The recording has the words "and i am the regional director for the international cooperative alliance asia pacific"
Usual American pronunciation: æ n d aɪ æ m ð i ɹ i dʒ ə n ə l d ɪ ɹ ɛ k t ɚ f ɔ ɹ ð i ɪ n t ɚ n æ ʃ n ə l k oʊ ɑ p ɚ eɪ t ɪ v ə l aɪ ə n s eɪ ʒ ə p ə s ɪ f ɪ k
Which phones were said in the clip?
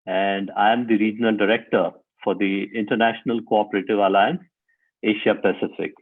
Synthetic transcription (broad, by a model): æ n d aɪ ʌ m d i ɹ i dʒ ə n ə l d ɪ ɹ ɛ k t ɚ f ɔ ɹ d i ɪ n t ɚ n æ ʃ n ə l k oʊ ɑ p ɚ eɪ t ɪ v ə l aɪ ə n s eɪ ʃ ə p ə s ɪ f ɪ k